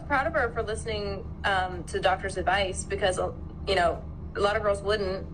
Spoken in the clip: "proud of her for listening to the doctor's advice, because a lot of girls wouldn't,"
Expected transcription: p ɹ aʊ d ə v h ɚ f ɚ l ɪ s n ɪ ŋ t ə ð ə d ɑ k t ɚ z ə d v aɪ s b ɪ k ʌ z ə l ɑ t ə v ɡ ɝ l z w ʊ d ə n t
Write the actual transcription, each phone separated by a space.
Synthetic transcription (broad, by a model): p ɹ aʊ d ə v ɚ f ɚ l ɪ s n ɪ ŋ t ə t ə d ɑ k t ɚ z ə d v aɪ s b ɪ k ʌ z ə l ɑ t ə v ɡ ɝ l z w ʊ d n t